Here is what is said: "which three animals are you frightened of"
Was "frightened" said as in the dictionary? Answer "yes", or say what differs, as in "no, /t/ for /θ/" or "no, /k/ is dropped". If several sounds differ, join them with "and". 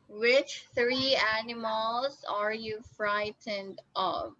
yes